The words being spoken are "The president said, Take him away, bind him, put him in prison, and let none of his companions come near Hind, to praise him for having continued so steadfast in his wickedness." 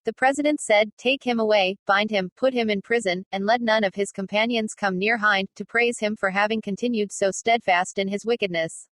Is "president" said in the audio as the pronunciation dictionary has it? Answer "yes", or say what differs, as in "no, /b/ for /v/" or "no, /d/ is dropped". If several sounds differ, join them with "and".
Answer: yes